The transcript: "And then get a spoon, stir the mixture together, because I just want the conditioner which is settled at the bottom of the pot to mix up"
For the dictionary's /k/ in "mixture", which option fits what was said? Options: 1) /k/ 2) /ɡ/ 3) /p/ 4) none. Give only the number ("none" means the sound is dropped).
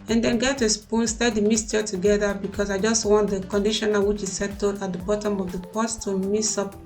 4